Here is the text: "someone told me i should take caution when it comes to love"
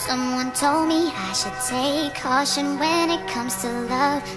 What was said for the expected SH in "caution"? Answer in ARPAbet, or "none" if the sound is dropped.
SH